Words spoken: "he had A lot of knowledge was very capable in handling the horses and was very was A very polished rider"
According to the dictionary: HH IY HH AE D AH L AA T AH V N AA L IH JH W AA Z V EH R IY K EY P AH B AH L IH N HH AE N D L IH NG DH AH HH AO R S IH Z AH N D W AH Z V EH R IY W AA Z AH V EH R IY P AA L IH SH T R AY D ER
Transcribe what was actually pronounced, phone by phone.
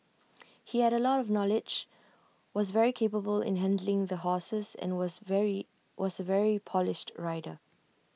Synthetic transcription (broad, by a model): HH IY HH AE D AH L AA T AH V N AA L IH JH W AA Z V EH R IY K EY P AH B AH L IH N HH AE N D L IH NG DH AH HH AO S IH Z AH N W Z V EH R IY W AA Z AH V EH R IY P AA L IH SH T R AY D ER